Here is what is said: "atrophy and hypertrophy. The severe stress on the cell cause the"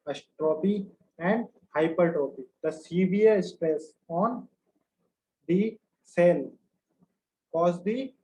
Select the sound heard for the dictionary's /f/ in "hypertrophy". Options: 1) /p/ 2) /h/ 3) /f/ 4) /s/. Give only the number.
1